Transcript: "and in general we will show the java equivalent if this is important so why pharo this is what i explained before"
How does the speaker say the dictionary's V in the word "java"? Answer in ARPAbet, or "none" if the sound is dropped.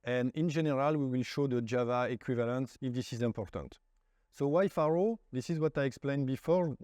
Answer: V